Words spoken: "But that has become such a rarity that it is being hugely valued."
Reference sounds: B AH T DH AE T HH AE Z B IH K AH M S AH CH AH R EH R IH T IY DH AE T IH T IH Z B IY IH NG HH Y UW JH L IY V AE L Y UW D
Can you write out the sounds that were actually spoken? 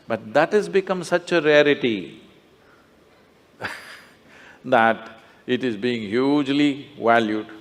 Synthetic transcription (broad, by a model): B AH T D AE T HH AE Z B IH K AH M S AH CH AH R EH R IH T IY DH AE T IH T IH Z B IY IH NG HH Y UW JH L IY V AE L Y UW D